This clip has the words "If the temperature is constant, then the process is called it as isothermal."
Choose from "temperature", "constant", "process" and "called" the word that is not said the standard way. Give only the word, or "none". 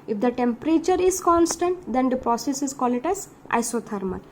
called